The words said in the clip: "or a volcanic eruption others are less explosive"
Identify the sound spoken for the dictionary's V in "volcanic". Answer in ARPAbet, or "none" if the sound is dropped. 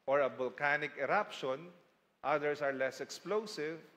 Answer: B